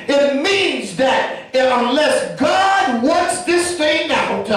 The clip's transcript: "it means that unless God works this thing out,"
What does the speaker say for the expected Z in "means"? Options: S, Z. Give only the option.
Z